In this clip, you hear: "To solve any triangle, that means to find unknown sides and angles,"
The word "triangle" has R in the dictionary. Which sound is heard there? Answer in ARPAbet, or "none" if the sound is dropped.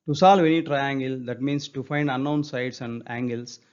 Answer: R